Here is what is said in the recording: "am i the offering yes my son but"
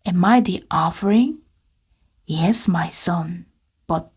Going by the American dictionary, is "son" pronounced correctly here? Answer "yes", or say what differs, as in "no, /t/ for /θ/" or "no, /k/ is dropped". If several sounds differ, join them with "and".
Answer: yes